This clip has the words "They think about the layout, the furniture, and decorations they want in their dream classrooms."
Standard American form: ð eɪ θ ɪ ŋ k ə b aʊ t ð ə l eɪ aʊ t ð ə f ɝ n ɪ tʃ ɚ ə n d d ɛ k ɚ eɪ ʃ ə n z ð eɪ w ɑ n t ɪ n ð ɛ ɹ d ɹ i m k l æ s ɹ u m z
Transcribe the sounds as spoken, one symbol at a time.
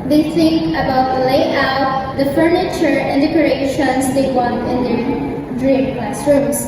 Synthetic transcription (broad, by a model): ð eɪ s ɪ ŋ ə b aʊ t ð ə l eɪ aʊ t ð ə f ɝ n ɪ tʃ ɚ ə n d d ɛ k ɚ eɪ ʃ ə n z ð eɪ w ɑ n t ɪ n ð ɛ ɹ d ɹ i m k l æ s ɹ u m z